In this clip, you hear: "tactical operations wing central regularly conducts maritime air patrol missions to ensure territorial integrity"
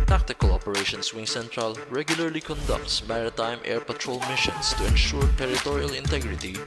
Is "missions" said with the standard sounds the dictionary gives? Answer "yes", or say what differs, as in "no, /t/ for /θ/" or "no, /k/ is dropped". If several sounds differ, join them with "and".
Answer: no, /s/ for /z/